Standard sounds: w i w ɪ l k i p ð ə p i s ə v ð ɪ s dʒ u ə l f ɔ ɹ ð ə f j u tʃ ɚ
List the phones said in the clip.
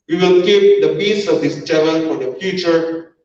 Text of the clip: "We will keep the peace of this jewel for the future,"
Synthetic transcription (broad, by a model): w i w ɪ l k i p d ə b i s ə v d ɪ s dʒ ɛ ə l f ɔ ɹ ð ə f j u tʃ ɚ